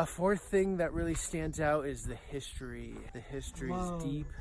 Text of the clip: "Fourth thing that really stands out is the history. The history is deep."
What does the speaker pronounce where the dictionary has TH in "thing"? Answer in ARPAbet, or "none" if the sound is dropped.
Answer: TH